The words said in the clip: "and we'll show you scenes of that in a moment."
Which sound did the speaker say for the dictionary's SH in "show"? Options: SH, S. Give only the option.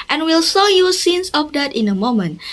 S